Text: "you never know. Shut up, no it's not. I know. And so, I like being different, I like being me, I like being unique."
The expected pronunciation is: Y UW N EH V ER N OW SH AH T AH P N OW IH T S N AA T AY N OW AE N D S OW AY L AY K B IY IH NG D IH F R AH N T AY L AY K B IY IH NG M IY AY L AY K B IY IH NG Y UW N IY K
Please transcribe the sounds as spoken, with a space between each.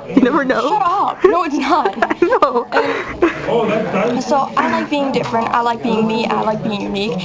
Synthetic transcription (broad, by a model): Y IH N EH V ER N OW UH AH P N OW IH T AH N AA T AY N OW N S OW AY L AY K B IY IH NG D IH F R AH N T AY L AY K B IY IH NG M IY AY L AY K B IY IH NG Y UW N IY K